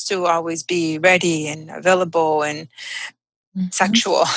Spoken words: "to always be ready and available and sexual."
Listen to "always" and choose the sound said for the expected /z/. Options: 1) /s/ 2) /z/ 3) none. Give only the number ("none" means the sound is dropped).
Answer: 2